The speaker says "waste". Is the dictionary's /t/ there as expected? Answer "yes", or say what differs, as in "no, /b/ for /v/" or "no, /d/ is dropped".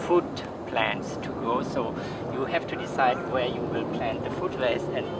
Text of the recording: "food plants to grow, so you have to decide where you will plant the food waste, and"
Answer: no, /t/ is dropped